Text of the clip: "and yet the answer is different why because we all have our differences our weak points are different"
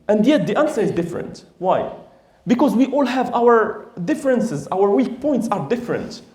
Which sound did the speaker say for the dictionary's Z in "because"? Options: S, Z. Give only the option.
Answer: Z